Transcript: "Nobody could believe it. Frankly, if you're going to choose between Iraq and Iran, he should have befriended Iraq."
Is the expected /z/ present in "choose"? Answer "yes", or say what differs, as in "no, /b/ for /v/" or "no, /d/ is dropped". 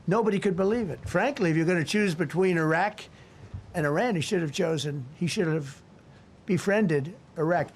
yes